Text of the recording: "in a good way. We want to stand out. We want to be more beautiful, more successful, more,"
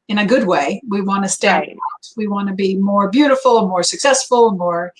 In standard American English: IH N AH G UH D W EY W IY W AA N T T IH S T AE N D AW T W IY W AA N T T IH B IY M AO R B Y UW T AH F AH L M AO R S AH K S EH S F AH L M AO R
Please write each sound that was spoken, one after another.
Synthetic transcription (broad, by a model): IH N AH G UH D W EY W IY W AA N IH S T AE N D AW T W IY W AA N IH B IY M AO R B Y UW T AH F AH N M AO R S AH K S EH S F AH N M AO R